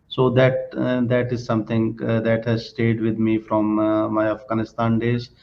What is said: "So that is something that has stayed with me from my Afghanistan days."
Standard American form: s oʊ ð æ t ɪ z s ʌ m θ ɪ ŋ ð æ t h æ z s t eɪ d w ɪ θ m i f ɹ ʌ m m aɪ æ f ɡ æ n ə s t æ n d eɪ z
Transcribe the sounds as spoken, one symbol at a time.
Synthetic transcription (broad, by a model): s oʊ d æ t ɪ z s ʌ m t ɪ ŋ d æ t h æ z s t eɪ d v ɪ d m i f ɹ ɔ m m aɪ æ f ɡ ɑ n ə s t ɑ n d eɪ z